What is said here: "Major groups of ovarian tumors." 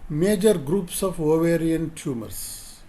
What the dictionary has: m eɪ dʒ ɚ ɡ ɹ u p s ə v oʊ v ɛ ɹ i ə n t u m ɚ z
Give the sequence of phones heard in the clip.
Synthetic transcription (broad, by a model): m eɪ dʒ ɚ ɡ ɹ u p s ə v oʊ v ɛ ɹ i ə n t u m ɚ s